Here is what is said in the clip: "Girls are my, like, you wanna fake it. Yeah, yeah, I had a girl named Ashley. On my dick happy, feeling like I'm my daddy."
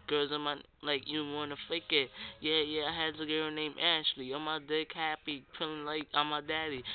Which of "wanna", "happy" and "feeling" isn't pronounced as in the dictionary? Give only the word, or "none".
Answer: feeling